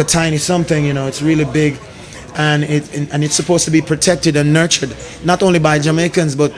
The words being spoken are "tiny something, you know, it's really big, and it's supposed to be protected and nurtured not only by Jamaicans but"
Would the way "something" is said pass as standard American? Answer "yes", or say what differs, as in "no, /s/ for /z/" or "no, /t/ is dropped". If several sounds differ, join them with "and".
yes